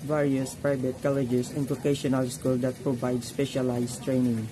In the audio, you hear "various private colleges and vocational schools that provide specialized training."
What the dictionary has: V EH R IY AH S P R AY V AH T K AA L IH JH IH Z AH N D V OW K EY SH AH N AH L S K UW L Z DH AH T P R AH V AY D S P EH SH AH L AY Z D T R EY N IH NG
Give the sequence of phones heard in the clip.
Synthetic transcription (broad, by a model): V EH R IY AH S P R AY V AH T K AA L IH JH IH S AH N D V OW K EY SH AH N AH L S K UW L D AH T P R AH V AY D S P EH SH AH L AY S T R EY N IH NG